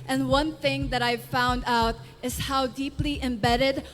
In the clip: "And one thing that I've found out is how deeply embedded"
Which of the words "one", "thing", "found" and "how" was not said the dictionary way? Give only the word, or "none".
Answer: none